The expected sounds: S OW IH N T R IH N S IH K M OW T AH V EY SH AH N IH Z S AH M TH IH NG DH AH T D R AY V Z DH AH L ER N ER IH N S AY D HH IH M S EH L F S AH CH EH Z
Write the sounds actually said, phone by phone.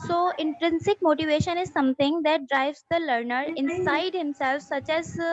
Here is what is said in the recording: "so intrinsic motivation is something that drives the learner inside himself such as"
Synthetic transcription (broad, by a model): S OW IH N T R IH N S IH K M OW T AH V EY SH AH N IH Z S AH M T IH NG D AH T D R AY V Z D AH L ER N ER IH N S AY D HH IH M S EH L F S AH CH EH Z